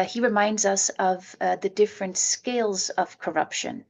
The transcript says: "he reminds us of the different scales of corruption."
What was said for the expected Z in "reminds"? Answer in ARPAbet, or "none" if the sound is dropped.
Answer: Z